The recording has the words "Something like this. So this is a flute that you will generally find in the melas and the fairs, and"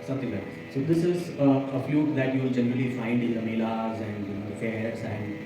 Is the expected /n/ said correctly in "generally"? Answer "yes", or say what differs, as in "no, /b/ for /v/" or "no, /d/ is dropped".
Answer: yes